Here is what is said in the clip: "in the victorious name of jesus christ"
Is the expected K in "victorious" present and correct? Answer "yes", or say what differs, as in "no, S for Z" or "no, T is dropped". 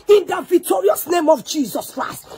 yes